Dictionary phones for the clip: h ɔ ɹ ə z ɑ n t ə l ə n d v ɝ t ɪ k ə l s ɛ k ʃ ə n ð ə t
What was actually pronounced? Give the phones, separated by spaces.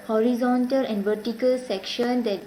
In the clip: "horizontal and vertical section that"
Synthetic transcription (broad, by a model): h ɔ ɹ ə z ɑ n t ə l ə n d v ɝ t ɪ k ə l s ɛ k ʃ ə n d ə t